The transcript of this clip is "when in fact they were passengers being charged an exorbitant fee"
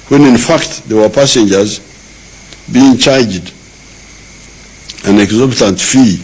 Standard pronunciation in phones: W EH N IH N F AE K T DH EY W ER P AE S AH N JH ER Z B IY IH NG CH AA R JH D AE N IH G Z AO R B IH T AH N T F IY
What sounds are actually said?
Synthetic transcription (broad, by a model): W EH N IH N F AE K T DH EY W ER P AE S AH N JH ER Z B IY IH NG CH AA R JH D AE N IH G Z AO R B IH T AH N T F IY